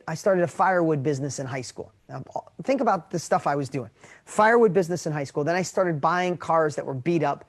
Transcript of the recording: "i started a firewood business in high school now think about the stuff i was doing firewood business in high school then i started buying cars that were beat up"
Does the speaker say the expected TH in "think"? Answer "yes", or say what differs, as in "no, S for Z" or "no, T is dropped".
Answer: yes